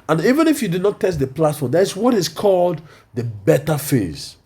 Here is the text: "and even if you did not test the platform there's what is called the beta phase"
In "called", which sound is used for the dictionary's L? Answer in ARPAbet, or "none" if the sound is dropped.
L